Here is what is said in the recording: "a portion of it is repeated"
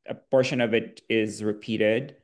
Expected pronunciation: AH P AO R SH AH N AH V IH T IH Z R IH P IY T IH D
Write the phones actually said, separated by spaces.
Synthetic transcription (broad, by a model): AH B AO R SH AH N AH V IH T IH Z R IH P IY T IH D